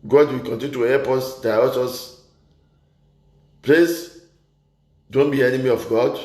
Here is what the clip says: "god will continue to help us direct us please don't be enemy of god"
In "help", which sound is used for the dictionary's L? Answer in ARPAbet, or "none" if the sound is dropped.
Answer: none